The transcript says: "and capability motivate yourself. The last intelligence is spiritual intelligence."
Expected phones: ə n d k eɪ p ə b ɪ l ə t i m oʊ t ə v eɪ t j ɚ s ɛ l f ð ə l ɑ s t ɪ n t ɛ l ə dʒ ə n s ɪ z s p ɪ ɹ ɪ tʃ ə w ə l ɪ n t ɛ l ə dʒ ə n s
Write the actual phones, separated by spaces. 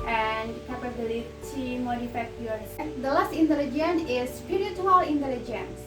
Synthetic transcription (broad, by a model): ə n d k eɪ p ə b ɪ l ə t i m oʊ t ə f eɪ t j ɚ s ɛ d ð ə l ɑ s t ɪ n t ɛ l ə dʒ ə n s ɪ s p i ɹ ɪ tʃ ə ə l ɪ n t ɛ l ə dʒ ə n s